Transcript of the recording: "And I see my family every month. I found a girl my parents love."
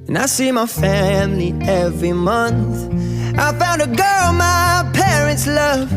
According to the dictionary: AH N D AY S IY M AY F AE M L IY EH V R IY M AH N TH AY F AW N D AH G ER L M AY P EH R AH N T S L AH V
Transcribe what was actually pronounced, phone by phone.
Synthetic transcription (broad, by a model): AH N AY S IY M AY F AE M L IY EH V R IY M AH N TH AY F AW N D AH G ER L M AY P EH R AH N T S L AH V